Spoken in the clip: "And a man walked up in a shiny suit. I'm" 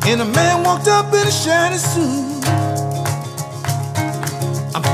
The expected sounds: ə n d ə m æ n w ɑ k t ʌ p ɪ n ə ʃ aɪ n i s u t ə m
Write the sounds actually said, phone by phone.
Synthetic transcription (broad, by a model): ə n ə m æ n w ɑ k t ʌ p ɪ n ə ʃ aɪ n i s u ə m